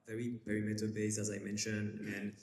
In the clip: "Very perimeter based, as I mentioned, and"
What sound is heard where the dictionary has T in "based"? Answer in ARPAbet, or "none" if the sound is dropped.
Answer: none